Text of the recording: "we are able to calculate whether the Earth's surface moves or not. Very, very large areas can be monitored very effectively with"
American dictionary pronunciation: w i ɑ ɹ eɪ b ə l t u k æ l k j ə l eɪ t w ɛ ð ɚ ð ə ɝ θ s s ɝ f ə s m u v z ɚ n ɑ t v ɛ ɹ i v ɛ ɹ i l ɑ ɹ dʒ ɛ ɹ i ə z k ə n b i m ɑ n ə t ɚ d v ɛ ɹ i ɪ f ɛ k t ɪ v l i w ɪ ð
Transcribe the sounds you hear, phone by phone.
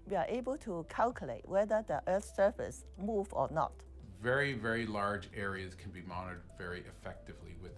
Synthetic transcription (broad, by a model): w i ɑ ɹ eɪ b ə l t u k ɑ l k j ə l eɪ t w ɛ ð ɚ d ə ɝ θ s s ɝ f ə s m u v ɔ n ɑ t v ɛ ɹ i v ɛ ɹ i l ɑ ɹ dʒ ɛ ɹ i ə z k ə n b i m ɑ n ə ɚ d v ɛ ɹ i ɪ f ɛ k t ɪ v l i w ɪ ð